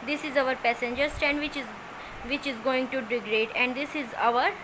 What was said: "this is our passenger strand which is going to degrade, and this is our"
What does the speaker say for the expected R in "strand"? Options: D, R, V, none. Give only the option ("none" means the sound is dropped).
none